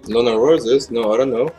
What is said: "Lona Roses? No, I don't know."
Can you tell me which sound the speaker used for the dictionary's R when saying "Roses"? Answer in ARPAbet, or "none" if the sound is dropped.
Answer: W